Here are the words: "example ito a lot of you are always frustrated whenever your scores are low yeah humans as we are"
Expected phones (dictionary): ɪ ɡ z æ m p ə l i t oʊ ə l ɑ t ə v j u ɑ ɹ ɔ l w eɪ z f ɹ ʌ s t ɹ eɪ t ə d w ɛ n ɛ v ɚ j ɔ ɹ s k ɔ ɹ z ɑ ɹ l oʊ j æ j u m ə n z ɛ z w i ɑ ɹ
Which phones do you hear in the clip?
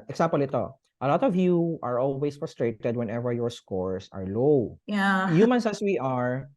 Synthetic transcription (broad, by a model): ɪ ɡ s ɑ m p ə l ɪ t oʊ ə l ɑ t ə v j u ɑ ɹ ɔ l w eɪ s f ɹ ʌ s t ɹ eɪ t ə d w ɛ n ɛ v ɚ j ɔ ɹ s k ɔ ɹ s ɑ ɹ l oʊ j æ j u m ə n s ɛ s w i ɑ ɹ